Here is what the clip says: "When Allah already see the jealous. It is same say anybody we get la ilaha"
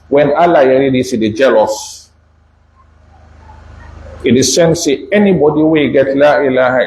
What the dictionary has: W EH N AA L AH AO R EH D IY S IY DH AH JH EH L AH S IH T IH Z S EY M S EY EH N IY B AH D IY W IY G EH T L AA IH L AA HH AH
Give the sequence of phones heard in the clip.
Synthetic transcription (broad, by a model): W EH N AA L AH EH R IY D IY S IY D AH JH EH L AH S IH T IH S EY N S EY EH N IY B AH D IY W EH G EH T L AA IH L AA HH